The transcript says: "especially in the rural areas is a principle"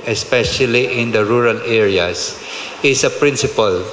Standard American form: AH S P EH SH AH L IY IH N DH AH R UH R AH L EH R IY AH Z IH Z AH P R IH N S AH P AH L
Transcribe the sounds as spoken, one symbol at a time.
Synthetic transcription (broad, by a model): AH S P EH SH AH L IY IH N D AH R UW R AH L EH R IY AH S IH S AH P R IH N S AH P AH L